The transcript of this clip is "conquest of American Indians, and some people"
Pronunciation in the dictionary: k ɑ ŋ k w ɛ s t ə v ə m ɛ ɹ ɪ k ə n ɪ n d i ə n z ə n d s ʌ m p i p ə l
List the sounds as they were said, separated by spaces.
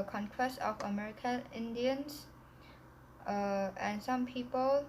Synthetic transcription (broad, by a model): k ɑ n k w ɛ s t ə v ə m ɛ ɹ ɪ k ə n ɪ n d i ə n s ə n s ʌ m p i p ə l